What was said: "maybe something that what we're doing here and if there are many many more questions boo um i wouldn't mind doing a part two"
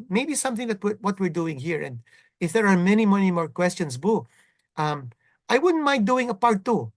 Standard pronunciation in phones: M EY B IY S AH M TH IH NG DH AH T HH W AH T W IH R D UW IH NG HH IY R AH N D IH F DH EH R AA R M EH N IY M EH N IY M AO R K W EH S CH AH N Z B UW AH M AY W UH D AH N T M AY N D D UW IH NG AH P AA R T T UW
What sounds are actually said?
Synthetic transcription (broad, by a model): M EY B IY S AH M TH IH NG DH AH T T W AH T W IH R D UW IH NG HH IY R AH N D IH F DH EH R AA R M EH N IY M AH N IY M AO R K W EH S CH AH N S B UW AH M AY W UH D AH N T M AY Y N D UW IH NG AH P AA R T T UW